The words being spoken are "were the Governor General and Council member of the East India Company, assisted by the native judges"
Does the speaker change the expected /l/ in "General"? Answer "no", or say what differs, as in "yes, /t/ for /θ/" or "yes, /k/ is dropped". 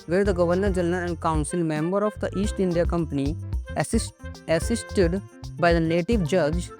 yes, /n/ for /l/